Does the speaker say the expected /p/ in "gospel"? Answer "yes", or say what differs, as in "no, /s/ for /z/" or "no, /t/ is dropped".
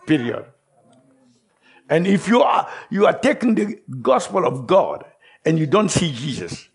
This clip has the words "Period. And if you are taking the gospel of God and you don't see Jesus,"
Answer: yes